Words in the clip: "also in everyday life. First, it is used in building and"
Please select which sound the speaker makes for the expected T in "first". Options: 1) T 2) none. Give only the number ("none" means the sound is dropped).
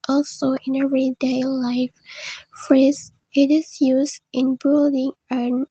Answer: 2